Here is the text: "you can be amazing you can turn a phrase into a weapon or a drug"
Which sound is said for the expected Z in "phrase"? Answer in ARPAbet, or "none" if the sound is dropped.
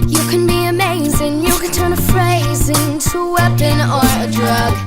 Z